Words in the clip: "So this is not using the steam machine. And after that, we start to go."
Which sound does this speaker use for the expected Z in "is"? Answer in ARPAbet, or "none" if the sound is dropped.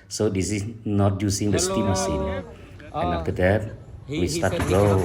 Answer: S